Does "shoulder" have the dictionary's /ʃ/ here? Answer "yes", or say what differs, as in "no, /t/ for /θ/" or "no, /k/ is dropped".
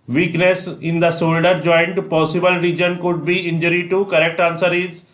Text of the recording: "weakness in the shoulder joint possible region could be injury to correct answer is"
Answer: no, /s/ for /ʃ/